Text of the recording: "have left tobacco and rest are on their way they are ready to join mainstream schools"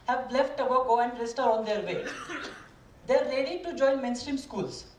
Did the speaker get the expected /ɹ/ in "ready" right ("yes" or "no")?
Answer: no